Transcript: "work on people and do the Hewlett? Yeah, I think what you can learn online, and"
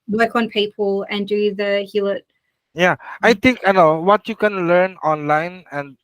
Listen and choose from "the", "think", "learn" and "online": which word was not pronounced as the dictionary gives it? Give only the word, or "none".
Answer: think